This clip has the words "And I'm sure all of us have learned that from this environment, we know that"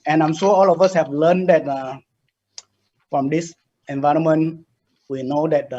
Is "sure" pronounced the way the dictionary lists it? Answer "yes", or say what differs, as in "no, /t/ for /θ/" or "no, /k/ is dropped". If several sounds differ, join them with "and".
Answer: no, /s/ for /ʃ/